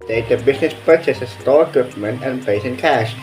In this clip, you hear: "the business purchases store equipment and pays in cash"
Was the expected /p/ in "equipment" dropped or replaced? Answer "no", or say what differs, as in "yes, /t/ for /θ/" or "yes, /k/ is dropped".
no